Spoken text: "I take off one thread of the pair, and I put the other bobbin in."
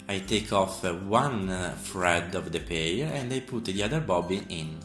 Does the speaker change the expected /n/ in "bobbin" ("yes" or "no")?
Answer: yes